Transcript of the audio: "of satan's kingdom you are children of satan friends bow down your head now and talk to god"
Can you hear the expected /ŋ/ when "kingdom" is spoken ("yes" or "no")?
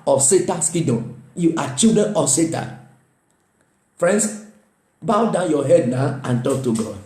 no